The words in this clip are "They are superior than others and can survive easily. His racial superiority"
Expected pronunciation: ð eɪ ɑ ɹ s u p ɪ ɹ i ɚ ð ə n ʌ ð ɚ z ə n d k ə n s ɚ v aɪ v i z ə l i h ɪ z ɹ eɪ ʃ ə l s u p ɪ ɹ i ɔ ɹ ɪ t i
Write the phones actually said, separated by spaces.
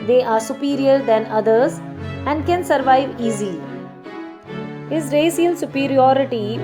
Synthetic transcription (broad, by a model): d eɪ ɑ ɹ s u p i ɹ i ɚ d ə n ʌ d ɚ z ə n d k ə n s ɚ v aɪ v i z ə l i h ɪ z ɹ eɪ s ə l s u p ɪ ɹ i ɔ ɹ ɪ t i